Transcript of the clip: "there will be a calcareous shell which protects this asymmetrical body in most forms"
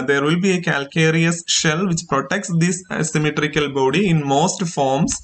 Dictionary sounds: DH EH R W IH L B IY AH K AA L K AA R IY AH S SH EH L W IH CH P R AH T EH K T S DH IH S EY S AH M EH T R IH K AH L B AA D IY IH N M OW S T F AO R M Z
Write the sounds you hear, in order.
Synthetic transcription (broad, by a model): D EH R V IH L B IY AH K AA L K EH R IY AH S SH EH L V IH CH P R AH T EH K T S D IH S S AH M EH T R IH K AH L B AA D IY IH N M OW S T F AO R M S